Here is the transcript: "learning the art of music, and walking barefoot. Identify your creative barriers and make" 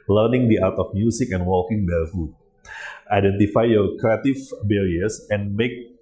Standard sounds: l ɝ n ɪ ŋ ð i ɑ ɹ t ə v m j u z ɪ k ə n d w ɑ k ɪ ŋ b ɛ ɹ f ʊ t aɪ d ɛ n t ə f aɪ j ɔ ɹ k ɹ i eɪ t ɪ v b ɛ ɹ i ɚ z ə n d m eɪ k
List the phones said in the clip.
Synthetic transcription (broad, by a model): l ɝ n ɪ ŋ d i ɑ w t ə f m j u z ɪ k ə n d w ɑ k ɪ ŋ b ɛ l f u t aɪ d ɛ n t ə f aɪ j ɔ ɹ k ɹ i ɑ t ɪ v b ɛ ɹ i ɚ s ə n m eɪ k